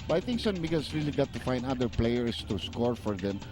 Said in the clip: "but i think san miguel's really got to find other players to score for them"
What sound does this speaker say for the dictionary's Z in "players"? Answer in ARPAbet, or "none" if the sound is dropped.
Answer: S